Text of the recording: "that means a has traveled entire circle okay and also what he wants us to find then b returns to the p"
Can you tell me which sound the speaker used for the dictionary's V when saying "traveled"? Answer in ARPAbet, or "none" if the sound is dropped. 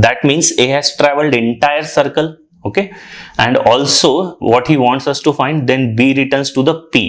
V